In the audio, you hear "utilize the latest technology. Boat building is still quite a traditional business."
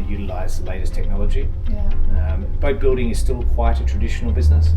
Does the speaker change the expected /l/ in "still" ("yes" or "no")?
no